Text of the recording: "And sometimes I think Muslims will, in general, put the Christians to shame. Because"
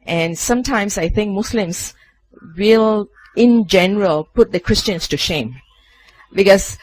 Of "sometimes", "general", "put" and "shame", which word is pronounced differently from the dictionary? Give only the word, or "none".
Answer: sometimes